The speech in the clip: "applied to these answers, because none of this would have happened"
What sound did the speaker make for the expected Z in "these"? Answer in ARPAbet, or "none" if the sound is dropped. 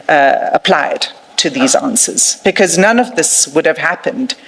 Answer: Z